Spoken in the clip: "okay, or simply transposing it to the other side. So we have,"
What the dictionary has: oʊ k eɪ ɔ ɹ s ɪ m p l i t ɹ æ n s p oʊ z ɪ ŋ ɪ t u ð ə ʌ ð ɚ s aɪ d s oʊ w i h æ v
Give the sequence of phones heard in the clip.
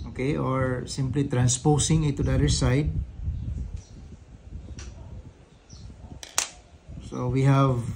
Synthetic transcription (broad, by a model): oʊ k eɪ ɔ ɹ s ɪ m p l i t ɹ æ n s p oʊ s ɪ ŋ ɪ t u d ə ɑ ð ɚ s aɪ d s oʊ w i h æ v